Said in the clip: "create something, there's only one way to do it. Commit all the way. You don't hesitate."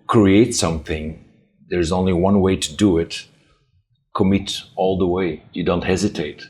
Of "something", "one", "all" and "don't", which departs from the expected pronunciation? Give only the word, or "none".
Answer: none